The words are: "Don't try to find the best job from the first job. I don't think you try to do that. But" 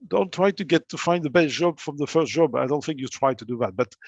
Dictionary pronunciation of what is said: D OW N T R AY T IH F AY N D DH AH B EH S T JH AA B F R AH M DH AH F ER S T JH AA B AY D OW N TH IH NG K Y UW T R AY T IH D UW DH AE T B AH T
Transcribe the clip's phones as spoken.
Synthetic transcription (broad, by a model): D OW N T R AY T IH F AY N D DH AH B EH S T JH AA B F R AH M DH AH F ER S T JH AA B AY D OW N TH IH NG K Y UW T R AY T IH D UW DH AE T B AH T